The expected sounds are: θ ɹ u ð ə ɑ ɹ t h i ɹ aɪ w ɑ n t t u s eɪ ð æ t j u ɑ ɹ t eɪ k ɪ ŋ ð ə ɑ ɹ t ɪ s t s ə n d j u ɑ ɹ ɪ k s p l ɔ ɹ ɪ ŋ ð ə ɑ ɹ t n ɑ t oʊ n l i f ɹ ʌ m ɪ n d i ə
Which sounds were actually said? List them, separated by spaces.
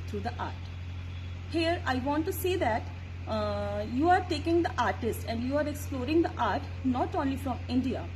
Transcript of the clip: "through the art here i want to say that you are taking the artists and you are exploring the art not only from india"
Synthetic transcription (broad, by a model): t ɹ u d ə ɑ ɹ t h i ɹ aɪ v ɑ n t t u s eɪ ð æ t j u ɑ ɹ t eɪ k ɪ ŋ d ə ɑ ɹ t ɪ s t ə n d j u ɑ ɹ ɪ k s p l ɔ ɹ ɪ ŋ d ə ɑ ɹ t n ɑ t oʊ n l i f ɹ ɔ m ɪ n d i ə